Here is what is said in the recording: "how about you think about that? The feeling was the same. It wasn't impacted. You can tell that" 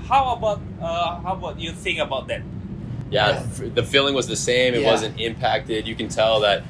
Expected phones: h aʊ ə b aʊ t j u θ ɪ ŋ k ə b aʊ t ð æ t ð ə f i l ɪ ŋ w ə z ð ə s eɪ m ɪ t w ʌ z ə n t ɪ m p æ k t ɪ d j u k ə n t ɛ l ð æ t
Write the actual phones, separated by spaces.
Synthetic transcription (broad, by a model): h aʊ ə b aʊ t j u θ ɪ ŋ ə b aʊ t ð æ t ð ə f i l ɪ ŋ w ə z ð ə s eɪ m ɪ t w ʌ z ə n t ɪ m p æ k t ɪ d j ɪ k ə n t ɛ l ð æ t